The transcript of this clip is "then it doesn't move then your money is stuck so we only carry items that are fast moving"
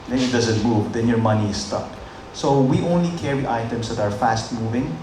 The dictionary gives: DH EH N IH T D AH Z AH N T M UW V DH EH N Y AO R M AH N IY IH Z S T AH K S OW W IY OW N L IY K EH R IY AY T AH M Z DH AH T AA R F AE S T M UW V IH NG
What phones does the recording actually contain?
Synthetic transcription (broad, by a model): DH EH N IH T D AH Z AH N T M UW V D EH N Y AO R M AH N IY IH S T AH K S OW W IY OW N L IY K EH R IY AY T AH M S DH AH T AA R F AE S T M UW V IH NG